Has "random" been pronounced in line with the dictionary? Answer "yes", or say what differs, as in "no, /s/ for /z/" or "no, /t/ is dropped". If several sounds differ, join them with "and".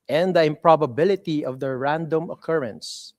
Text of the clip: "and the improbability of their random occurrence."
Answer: yes